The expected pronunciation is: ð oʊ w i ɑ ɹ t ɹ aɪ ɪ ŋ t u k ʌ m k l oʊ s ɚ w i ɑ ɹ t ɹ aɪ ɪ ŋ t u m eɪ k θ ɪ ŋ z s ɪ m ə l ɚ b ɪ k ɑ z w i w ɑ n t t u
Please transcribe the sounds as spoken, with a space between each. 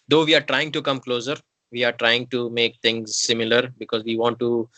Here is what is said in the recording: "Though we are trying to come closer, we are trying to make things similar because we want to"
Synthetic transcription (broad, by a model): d oʊ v i ɑ ɹ t ɹ aɪ ɪ ŋ t u k ʌ m k l oʊ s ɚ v i ɑ ɹ t ɹ aɪ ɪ ŋ t u m eɪ k t ɪ ŋ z s ɪ m ə l ɚ b ɪ k ɑ z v i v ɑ n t t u